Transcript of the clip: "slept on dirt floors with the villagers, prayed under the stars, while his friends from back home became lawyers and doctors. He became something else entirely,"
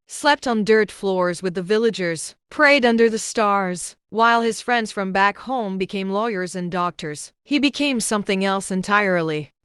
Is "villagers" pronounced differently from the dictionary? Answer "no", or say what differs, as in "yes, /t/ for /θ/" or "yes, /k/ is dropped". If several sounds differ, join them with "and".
no